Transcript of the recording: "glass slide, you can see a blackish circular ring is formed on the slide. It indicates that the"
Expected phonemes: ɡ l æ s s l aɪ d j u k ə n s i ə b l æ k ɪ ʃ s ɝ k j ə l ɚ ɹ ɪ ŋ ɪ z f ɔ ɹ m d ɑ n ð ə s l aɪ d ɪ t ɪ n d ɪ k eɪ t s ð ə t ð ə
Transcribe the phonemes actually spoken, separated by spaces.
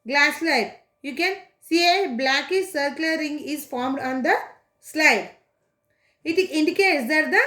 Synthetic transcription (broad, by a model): ɡ l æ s s l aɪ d j u k ə n s i ə b l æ k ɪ s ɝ k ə l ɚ ɹ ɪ ŋ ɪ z f ɔ ɹ m d ɑ n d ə s l aɪ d ɪ t ɪ n d ɪ k eɪ t s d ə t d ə